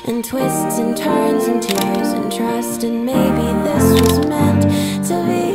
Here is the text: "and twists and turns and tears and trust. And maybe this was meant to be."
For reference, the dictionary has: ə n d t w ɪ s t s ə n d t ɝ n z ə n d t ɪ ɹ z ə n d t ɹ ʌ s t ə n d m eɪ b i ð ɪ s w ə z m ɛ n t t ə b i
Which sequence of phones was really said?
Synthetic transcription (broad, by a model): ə n t w ɪ s t s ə n t ɝ n z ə n t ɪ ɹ z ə n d t ɹ ʌ s t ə n m eɪ b i ð ɪ s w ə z m ɛ n t s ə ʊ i